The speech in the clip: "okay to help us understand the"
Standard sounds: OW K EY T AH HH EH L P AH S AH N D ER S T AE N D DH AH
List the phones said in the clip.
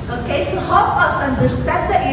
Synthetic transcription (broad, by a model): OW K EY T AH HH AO P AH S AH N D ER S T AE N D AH